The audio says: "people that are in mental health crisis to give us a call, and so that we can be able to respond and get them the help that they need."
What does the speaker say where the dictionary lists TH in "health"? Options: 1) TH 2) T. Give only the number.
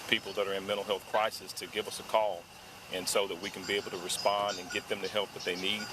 1